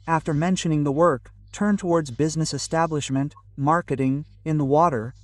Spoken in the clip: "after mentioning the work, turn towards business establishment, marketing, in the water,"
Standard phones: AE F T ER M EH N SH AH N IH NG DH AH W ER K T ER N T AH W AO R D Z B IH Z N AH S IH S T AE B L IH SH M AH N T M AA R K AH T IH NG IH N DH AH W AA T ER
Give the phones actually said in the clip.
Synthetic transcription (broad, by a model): AE F T ER M EH N SH AH N IH NG DH AH W ER K T ER N T AH W AO R D Z B IH Z N AH S IH S T AE B L IH SH M AH N T M AA R K AH T IH NG IH N DH AH W AA T ER